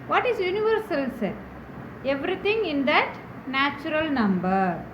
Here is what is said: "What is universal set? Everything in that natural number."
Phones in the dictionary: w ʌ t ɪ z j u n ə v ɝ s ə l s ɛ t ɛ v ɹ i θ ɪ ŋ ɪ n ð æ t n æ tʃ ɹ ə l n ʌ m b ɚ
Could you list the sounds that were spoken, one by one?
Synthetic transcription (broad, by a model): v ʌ t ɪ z j u n ə v ɝ s ə l s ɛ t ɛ v ɹ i t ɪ ŋ ɪ n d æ t n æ tʃ ɹ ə l n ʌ m b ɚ